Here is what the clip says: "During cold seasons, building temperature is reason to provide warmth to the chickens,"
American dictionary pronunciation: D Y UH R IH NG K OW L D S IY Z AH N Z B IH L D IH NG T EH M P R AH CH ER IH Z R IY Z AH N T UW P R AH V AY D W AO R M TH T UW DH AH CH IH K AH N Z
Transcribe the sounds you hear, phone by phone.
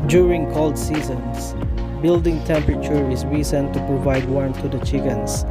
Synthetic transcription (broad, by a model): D Y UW R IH NG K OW L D S IY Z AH N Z B IH L D IH NG T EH M P R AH CH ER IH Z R IY S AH N T UW P R AH V AY D W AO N T UW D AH CH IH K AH N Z